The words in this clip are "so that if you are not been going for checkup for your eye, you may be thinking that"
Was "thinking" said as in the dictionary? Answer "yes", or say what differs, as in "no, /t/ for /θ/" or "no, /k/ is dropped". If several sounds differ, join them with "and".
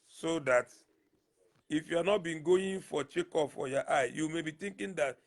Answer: no, /t/ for /θ/